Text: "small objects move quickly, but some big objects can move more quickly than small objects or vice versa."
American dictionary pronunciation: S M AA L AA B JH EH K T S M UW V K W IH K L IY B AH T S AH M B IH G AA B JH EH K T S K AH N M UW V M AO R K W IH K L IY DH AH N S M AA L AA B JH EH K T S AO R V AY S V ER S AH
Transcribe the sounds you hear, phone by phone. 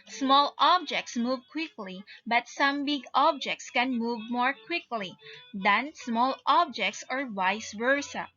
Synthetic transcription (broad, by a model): S M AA L AA B JH EH K T S M UW V K W IH K L IY B AH T S AH M B IH G AA B JH EH K T S K AH N M UW V M AO R K W IH K L IY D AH N S M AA L AA B JH EH K T S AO R W AY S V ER S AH